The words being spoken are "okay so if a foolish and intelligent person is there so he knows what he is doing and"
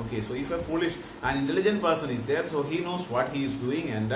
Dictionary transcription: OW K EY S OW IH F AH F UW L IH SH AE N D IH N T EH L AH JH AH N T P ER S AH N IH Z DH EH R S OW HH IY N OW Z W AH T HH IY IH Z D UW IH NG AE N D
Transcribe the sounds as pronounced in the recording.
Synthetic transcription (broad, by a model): OW K EY S OW IH F AH F UW L IH SH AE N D IH N T EH L AH JH AH N T P ER S AH N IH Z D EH R S OW HH IY N OW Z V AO T HH IY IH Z D UW IH NG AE N D